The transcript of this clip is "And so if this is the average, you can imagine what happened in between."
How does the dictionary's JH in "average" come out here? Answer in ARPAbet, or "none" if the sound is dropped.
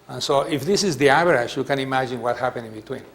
SH